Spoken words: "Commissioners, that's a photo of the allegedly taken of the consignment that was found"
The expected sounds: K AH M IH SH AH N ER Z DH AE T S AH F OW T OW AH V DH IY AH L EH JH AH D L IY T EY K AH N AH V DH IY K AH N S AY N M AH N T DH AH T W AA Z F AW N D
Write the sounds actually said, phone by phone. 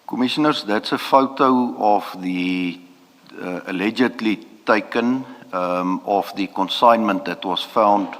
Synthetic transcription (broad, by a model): K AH M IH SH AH N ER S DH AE T S AH F OW T OW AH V DH IY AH L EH JH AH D L IY T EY K AH N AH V DH IY K AH N S AY N M AH N T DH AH T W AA S F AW N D